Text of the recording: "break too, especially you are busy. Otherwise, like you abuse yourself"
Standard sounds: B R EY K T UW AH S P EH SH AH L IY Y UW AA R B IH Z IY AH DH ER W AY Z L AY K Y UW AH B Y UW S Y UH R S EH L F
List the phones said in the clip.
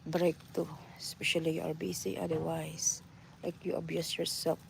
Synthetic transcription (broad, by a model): B R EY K T UW S P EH SH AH L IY Y UW AA R B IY S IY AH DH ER W AY S L AY K Y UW AH B Y UW S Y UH R S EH L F